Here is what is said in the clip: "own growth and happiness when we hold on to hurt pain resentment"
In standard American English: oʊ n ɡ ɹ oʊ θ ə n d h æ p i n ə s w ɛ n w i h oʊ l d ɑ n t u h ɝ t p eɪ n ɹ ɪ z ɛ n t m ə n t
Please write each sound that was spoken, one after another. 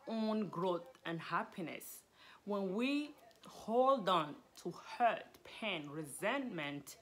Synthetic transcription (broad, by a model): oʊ n ɡ ɹ oʊ θ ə n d h æ p i n ə s w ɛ n w i h oʊ l d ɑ n t u h ɝ t p eɪ n ɹ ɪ z ɛ n m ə n t